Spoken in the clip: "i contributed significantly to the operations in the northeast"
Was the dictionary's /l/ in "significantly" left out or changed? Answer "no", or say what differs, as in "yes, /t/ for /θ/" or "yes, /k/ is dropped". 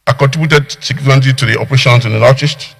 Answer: yes, /l/ is dropped